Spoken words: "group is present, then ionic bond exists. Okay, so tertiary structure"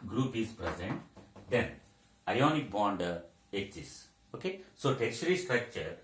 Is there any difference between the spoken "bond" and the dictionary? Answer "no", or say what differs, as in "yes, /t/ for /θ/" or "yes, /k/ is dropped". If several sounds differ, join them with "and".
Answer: no